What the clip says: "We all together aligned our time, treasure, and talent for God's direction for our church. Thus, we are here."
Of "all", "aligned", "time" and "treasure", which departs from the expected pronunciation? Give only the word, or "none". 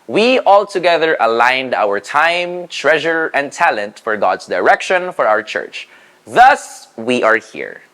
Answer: none